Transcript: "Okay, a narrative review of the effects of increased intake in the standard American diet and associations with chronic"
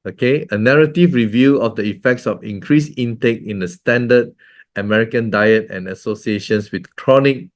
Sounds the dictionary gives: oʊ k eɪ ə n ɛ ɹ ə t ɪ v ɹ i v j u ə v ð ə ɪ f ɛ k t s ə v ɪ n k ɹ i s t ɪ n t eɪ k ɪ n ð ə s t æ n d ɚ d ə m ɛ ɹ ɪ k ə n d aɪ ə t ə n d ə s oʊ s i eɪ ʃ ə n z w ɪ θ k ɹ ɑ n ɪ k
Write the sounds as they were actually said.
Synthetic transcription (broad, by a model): oʊ k eɪ ə n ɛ ɹ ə t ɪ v ɹ i v j u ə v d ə ɪ f ɛ k t s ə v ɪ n k ɹ i s ɪ n t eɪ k ɪ n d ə s t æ n d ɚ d ə m ɛ ɹ ɪ k ə n d aɪ ə t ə n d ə s oʊ s i eɪ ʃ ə n s w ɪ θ k ɹ ɑ n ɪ k